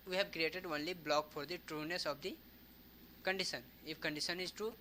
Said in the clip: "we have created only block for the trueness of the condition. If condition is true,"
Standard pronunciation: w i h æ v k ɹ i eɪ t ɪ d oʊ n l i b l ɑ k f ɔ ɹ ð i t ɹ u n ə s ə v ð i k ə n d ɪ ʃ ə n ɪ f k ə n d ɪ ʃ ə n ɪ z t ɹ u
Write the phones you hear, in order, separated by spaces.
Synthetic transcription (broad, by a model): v i h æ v k ɹ i eɪ t ɪ d oʊ n l i b l ɑ k f ɔ ɹ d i t ɹ u n ə s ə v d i k ə n d ɪ ʃ ə n ɪ f k ə n d ɪ ʃ ə n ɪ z t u